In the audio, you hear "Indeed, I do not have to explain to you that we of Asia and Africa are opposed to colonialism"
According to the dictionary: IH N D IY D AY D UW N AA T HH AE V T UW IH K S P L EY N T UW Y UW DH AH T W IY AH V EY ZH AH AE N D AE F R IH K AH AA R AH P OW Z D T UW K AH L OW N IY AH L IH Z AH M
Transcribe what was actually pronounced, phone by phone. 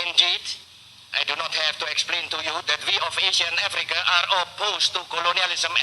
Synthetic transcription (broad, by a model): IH N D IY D AY D UW N AA T HH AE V T UW IH K S P L EY N T UW Y UW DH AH T W IY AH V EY SH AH N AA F R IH K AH AA R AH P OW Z T UW K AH L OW N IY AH L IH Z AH M